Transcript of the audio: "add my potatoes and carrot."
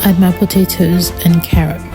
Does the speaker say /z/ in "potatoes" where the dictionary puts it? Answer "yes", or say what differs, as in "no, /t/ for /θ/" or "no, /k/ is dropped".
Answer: yes